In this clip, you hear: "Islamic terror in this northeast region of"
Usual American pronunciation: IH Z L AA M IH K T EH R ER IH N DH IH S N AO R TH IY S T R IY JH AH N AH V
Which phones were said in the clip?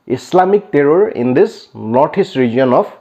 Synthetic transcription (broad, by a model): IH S L AA M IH K T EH R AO IH N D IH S N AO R T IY S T R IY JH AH N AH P